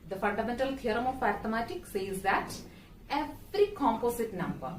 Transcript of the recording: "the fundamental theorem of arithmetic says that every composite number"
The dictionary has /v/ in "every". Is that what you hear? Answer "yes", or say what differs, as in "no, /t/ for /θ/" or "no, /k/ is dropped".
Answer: no, /f/ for /v/